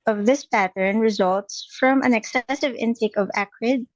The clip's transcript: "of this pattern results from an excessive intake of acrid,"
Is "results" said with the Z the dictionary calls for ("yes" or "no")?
yes